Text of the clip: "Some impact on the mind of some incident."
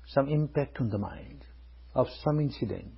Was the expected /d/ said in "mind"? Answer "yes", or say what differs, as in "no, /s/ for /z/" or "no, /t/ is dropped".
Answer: yes